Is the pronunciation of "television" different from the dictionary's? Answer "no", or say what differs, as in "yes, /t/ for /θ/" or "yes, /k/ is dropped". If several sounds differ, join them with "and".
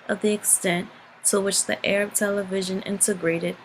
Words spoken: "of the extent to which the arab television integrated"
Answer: no